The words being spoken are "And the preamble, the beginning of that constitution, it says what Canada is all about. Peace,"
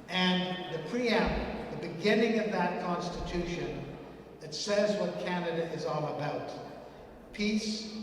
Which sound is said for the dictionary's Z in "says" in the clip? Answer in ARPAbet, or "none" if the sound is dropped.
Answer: Z